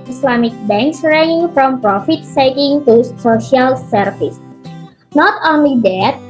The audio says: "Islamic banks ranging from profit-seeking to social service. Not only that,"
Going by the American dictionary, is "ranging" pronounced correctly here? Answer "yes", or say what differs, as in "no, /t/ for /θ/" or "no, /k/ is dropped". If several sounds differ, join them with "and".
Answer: no, /dʒ/ is dropped